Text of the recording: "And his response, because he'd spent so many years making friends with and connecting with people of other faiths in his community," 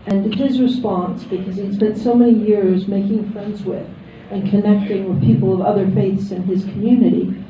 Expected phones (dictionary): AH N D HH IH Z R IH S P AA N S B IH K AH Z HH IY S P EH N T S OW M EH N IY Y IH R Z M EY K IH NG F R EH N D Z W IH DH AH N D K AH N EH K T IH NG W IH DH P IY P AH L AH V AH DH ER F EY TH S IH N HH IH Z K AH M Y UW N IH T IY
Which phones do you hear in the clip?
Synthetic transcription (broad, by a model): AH N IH HH IH Z R IH S P AA N S B IH K AH Z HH IY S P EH N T S OW M EH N IY Y IH R Z M EY K IH NG F R EH N D Z W IH DH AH N K AH N EH K T IH NG W IH DH P IY P L AH V AH DH ER F EY TH S IH N IH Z K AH M Y UW N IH T IY